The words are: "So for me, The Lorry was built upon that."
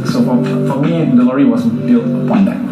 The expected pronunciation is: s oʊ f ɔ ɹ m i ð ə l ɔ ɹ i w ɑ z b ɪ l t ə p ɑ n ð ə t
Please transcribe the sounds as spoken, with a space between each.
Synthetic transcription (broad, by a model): s oʊ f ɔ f m i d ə l ɔ ɹ i w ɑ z b ɪ l t ə p ɑ n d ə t